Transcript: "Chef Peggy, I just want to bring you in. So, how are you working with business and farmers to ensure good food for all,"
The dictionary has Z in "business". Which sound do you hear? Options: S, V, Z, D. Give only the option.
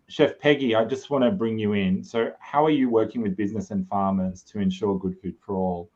Z